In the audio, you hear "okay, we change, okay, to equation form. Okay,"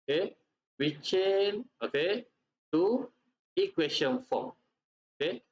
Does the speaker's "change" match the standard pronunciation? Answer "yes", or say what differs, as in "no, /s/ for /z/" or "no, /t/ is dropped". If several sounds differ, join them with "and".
no, /dʒ/ is dropped